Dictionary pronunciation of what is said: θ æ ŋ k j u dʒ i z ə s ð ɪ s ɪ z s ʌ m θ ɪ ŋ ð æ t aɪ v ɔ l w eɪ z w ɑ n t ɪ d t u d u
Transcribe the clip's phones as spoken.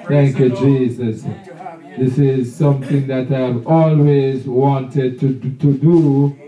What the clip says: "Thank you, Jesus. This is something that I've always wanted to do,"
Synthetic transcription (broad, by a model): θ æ ŋ k j u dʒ i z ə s ð ɪ s ɪ z s ʌ m θ ɪ ŋ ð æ t aɪ v ɔ l w eɪ z w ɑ n t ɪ d t u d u